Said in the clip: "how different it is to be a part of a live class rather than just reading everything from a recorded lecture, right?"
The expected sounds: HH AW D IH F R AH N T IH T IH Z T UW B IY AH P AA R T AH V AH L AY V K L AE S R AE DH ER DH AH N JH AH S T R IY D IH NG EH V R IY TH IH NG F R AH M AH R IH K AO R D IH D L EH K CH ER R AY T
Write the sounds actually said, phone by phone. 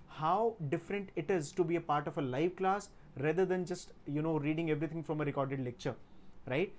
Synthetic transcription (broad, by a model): HH AW D IH F R AH N T IH T IH Z T UW B IY AH P AA R T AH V AH L AY V K L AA S R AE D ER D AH N JH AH S T R IY D IH NG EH V R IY T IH NG F R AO M AH R IH K AO R D IH D L EH K CH ER R AY T